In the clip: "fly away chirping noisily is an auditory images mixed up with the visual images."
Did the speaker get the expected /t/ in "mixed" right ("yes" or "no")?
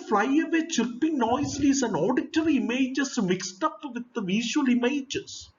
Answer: yes